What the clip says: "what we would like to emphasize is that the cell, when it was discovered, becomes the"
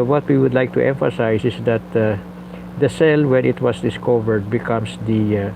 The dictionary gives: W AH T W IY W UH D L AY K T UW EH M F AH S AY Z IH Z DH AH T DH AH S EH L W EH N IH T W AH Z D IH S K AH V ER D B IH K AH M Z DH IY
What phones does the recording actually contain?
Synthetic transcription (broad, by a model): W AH T W IY W UH D L AY K T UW EH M F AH S AY S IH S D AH T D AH S EH L W EH N IH T W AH S D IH S K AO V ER D B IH K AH M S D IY